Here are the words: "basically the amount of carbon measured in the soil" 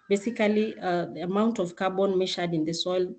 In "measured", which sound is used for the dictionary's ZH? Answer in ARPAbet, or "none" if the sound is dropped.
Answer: SH